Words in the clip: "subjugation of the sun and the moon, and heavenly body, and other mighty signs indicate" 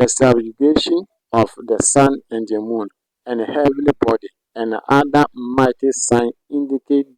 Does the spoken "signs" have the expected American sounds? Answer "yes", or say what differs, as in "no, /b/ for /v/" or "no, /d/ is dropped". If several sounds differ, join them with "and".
no, /z/ is dropped